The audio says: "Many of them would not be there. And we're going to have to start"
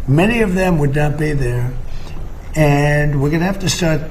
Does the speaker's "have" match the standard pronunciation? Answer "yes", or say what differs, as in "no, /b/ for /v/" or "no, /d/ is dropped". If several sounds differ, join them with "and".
no, /f/ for /v/